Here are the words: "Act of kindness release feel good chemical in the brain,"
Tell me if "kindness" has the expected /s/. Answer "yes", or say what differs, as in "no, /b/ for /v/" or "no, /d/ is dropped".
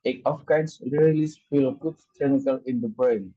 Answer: no, /s/ is dropped